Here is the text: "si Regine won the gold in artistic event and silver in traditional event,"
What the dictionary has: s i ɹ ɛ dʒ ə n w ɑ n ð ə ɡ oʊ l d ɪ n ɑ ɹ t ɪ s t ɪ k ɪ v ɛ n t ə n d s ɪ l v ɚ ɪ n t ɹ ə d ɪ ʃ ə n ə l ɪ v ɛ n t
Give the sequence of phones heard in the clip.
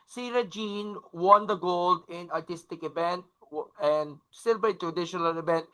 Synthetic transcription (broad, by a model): s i ɹ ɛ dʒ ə n w ɑ n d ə ɡ oʊ l d ɪ n ɑ ɹ t ɪ s t ɪ k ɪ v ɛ n t ə n d s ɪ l b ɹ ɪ t ɹ ə d ɪ ʃ ə n ə l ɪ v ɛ n t